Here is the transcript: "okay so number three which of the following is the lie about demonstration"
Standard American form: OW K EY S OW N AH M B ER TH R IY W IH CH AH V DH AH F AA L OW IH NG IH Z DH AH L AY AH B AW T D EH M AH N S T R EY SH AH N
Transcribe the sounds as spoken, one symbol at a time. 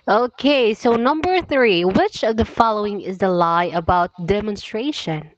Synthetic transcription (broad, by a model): OW K EY S OW N AH M B ER TH R IY W IH CH AH V DH AH F AA L OW IH NG IH Z DH AH L AY AH B AW T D EH M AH N S T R EY SH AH N